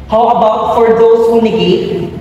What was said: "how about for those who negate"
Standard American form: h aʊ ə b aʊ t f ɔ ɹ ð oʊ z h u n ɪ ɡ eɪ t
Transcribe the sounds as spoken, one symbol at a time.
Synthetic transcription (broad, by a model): h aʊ ə b aʊ t f ɔ ɹ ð oʊ s h u n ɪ ɡ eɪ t